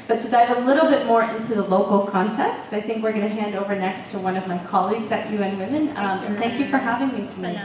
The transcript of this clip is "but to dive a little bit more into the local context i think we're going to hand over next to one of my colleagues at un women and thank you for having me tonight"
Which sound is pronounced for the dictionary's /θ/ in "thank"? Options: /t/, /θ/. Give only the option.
/θ/